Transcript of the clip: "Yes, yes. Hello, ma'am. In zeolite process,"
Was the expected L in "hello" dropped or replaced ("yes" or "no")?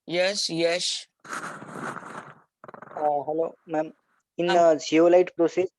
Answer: no